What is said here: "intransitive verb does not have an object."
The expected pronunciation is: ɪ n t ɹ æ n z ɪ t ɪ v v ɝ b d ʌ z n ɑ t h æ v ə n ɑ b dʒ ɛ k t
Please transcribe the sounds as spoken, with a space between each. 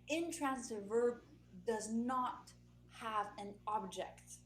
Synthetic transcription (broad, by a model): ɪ n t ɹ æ n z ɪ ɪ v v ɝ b d ʌ z n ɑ t h æ v ə n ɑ b dʒ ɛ k t